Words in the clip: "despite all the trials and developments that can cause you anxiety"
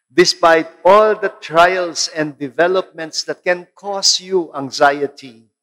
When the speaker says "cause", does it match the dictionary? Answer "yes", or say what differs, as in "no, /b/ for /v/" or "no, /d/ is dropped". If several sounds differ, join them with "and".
no, /s/ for /z/